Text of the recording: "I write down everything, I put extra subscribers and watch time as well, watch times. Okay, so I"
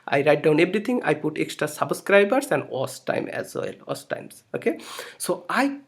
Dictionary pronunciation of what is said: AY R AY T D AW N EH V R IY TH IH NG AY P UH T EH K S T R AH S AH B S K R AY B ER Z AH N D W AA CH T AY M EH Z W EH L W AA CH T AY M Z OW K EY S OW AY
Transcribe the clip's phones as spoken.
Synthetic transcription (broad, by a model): AY R AY T D AW N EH B R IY T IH NG AY P UH T EH K S T R AH S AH B S K R AY B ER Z AH N D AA S T AY M EH Z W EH L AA S T AY M S OW K EY S OW AY